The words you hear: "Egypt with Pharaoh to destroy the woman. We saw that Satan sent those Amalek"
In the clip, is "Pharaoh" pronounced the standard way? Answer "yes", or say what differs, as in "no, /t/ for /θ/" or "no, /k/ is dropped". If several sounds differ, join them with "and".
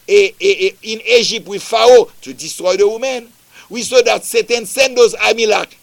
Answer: no, /ɹ/ is dropped